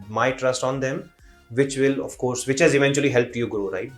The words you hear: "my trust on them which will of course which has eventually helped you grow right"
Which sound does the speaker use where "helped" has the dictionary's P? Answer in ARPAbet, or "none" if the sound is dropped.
P